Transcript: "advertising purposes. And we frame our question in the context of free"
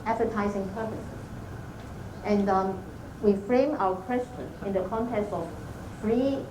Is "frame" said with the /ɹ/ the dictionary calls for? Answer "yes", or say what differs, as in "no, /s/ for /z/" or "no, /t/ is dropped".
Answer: yes